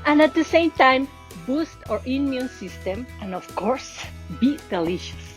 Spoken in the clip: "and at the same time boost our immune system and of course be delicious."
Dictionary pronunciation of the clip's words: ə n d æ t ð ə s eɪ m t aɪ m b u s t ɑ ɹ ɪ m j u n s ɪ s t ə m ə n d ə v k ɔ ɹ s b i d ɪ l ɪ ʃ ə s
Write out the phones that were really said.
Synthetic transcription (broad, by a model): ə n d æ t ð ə s eɪ m t aɪ m b u s t ɑ ɹ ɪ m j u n s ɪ s t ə m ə n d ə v k ɔ ɹ s b i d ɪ l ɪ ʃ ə s